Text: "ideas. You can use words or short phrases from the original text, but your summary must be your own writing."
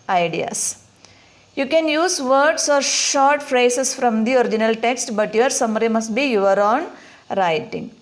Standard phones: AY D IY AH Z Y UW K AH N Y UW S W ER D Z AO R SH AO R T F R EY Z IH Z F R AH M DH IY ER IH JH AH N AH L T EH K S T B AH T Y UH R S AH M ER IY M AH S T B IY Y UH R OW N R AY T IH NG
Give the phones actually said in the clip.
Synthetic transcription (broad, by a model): AY D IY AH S Y UW K AH N Y UW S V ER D S AO R SH AO R T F R EY S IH S F R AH M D IY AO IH JH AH N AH L T EH K S T B AH T Y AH R S AH M ER IY M AH S T B IY Y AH R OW N R AY T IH NG